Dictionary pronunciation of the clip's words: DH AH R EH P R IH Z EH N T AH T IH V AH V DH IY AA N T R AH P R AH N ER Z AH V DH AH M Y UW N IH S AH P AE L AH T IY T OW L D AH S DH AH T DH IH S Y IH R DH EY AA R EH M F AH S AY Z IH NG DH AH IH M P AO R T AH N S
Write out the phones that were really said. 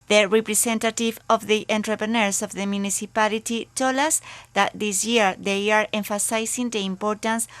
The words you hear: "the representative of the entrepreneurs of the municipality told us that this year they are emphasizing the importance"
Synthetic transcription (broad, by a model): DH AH R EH P R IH S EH N T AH T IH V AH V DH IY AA N T R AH P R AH N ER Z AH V DH AH M Y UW N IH S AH P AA L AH T IY T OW L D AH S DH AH T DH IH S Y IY R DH EY AA R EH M F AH S AY S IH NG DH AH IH M P AO R T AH N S